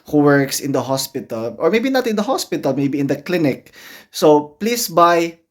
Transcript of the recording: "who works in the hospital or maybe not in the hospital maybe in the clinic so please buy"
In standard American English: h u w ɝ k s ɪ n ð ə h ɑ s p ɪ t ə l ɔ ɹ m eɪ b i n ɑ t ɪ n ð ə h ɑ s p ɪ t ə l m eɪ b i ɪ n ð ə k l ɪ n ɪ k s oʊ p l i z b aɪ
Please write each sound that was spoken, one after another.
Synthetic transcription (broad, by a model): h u w ɝ k s ɪ n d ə h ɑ s p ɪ t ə l ɔ ɹ m eɪ b i n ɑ t ɪ n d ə h ɑ s p ɪ t ə l m eɪ b i ɪ n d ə k l ɪ n ɪ k s oʊ p l i s b aɪ